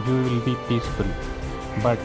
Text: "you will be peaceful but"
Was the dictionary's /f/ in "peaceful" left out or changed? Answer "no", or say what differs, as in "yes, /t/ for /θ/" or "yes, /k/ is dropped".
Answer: yes, /p/ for /f/